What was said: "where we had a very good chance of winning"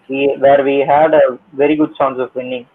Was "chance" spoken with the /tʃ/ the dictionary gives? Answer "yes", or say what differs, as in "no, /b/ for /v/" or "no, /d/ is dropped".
no, /s/ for /tʃ/